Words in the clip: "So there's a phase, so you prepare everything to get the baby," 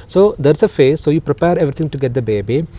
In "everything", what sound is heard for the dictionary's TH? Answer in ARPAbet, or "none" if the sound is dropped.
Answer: T